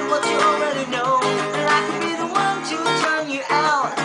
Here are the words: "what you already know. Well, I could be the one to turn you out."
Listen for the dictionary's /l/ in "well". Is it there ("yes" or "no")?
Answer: no